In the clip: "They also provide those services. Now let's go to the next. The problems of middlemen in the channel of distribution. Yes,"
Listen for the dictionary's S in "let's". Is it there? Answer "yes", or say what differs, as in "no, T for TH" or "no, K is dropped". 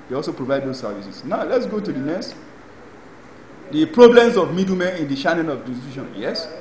yes